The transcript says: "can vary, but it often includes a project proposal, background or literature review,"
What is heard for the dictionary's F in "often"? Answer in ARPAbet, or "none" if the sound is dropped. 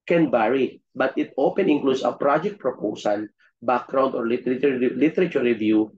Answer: P